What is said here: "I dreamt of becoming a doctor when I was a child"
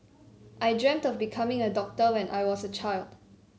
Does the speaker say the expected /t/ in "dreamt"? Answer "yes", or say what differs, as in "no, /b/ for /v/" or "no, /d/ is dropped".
yes